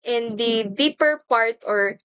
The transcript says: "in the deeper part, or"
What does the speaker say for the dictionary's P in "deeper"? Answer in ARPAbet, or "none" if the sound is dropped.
P